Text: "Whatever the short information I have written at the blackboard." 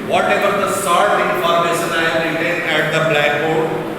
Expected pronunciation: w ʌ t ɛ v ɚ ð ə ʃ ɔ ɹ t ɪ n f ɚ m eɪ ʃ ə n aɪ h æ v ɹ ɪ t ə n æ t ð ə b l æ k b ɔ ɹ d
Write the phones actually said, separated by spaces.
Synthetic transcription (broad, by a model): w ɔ t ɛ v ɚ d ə s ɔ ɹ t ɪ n f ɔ m eɪ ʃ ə n aɪ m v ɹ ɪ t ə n æ t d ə b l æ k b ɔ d